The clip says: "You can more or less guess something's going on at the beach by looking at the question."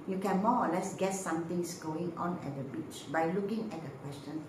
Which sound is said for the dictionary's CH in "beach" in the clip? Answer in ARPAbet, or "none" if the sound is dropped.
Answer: CH